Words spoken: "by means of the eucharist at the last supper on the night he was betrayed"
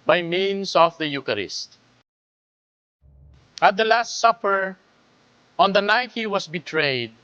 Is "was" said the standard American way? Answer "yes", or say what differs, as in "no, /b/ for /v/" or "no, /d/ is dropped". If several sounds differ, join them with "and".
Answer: no, /s/ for /z/